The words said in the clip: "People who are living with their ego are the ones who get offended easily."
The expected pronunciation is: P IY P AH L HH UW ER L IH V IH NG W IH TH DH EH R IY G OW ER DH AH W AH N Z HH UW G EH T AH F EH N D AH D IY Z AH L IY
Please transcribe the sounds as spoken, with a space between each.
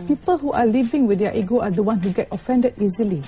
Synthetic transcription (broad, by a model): P IY P AH L HH UW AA L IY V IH NG W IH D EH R IY G OW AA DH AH W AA N HH UW G EH T AH F EH N D AH D IY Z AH L IY